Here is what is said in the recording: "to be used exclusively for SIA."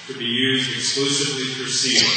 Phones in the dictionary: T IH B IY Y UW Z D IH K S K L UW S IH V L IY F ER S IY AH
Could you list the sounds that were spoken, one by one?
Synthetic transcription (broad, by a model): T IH B IY Y UW Z D IH K S K L UW S IH V L IY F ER S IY